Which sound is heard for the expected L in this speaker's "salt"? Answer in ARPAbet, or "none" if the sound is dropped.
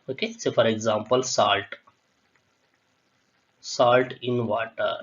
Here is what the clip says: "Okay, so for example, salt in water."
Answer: L